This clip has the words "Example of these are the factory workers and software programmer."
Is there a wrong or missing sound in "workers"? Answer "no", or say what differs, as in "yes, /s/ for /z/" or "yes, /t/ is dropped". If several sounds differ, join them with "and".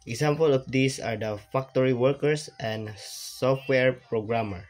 yes, /s/ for /z/